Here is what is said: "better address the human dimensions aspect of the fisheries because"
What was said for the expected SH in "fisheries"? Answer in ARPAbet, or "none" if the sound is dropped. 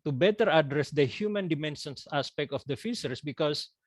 S